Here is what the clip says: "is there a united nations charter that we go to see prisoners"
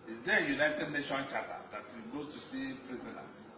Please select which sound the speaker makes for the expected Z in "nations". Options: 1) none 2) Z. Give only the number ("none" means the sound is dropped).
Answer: 1